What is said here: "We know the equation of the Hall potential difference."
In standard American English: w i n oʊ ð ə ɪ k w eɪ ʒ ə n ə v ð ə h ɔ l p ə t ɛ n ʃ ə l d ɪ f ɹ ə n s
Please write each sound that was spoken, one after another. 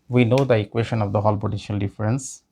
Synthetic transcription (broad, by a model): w i n oʊ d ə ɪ k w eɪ ʃ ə n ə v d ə h ɔ l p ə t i ʃ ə l d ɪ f ɹ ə n s